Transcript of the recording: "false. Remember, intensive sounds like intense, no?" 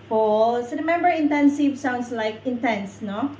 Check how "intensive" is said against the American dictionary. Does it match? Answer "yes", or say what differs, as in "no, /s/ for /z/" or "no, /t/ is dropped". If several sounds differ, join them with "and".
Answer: yes